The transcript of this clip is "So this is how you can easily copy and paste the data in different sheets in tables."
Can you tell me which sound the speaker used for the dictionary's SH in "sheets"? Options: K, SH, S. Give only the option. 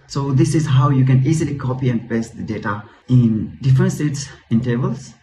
S